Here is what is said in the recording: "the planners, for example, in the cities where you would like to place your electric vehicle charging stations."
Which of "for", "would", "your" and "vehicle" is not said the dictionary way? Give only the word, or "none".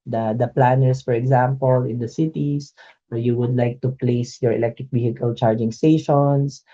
vehicle